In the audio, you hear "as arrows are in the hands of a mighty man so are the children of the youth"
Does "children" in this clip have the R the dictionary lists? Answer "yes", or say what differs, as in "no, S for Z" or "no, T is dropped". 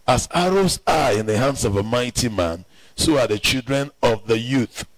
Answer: yes